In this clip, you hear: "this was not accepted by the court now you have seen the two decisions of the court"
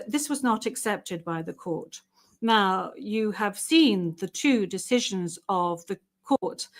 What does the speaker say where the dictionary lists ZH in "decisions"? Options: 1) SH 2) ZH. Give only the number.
2